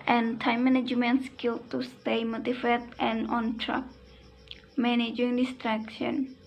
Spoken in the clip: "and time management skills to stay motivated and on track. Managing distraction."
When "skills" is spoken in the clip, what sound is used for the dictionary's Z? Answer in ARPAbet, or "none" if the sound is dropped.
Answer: none